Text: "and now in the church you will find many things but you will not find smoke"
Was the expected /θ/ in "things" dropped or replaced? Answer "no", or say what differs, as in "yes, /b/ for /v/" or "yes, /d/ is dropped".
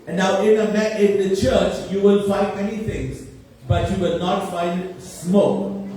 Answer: yes, /t/ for /θ/